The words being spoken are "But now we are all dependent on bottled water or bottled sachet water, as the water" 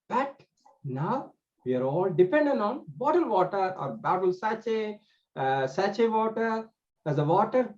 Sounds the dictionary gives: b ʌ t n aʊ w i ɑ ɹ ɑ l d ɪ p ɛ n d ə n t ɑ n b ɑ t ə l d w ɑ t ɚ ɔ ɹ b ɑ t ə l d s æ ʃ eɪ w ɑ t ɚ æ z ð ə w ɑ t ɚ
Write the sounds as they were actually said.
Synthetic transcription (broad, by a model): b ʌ t n aʊ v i ɑ ɹ ɑ l d ɪ p ɛ n d ə n t ɑ n b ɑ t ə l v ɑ t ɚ ɔ ɹ b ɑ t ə l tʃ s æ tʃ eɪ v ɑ t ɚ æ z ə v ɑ t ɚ